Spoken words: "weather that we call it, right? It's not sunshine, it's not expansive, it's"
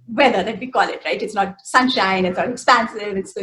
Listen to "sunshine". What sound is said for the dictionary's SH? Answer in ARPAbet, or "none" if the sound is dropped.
SH